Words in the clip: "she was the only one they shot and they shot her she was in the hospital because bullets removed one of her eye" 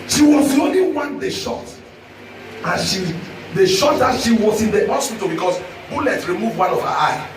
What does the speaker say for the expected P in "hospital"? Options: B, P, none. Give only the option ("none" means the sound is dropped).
none